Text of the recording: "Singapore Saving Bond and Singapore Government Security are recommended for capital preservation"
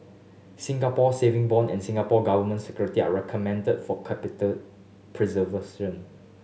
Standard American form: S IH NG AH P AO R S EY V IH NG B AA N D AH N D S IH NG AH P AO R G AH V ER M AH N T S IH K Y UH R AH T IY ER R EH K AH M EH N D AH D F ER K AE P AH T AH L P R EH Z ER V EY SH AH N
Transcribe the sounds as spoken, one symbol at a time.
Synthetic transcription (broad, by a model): S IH NG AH P AO S EY V IH NG B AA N AH N S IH NG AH P AO G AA V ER M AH N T S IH K Y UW R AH T IY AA R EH K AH M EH N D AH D F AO K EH P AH T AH L P R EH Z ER V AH S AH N